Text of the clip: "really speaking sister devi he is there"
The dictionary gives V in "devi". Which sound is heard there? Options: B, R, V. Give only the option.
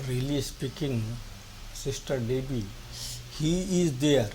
B